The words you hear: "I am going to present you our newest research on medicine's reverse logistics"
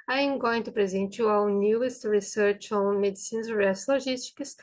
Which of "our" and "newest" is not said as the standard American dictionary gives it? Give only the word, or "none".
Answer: our